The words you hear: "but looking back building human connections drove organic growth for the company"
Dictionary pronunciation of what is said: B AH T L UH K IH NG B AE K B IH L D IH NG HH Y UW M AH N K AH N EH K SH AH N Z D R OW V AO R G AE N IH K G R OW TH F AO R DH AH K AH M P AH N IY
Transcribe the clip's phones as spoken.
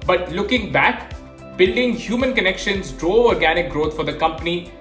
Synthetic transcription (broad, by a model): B AH T L UH K IH NG B AE K B IH L D IH NG HH Y UW M AH N K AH N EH K SH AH N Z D R OW AO R G AE N IH K G R OW T F AO R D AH K AH M P AH N IY